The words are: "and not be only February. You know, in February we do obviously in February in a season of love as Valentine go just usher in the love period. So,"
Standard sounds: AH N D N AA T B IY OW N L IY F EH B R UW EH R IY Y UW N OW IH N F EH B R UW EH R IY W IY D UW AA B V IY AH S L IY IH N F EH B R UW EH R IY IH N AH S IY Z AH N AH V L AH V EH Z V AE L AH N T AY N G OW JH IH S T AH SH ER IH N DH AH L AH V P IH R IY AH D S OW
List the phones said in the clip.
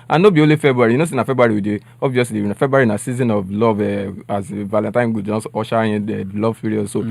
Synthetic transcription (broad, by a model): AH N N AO B IY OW L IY F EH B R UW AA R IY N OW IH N F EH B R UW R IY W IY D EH AA B V IY AH S L IY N F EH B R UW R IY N AH S IY Z AH N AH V L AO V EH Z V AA L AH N T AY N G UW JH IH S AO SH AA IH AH L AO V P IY R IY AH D S OW